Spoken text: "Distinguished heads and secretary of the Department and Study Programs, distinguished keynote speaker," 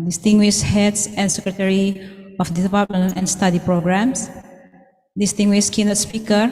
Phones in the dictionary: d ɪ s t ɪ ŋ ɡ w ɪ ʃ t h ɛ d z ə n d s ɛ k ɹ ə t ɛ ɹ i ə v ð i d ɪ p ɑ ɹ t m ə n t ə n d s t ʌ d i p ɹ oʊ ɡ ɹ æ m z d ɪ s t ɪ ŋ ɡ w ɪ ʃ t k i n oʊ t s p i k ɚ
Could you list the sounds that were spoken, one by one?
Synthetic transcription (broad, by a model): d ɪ s t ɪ ŋ ɡ w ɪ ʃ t h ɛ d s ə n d s ɛ k ɹ ə t ɛ ɹ i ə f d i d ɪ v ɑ l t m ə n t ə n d s t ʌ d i p ɹ oʊ ɡ ɹ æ m s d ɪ s t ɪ ŋ ɡ w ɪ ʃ k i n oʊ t s p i k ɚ